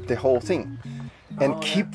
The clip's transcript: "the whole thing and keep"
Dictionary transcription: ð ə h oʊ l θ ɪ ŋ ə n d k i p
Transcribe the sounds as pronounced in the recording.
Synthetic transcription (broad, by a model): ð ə h oʊ l θ ɪ ŋ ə n k i p